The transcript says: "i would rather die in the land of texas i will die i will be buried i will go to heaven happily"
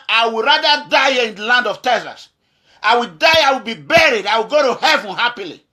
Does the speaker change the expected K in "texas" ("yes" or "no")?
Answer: yes